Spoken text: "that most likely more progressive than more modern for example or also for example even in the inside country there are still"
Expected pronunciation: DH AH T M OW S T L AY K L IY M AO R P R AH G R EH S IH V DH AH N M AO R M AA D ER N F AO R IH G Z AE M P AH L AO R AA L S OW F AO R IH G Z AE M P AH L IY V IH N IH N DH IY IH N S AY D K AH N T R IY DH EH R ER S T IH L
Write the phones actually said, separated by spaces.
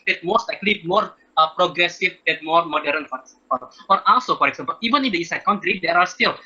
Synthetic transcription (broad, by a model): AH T M OW S T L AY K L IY M AO R P R AH G R EH S IH V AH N M AO R M AA D ER N F AO R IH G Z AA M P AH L AO R AA L S OW F AO R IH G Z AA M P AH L IY V IH N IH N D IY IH S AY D K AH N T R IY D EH R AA S T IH L